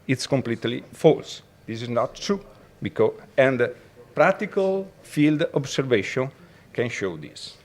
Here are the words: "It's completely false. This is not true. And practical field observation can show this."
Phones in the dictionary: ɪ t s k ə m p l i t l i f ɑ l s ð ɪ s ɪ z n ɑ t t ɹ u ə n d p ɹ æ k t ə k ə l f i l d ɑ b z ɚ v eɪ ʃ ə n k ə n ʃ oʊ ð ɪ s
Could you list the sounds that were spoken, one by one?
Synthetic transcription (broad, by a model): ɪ t s k ə m p l i t l i f ɑ l s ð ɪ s ɪ z n ɑ t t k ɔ ə n d p ɹ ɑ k t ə k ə l f i l d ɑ b s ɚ v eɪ ʃ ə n k ə n ʃ oʊ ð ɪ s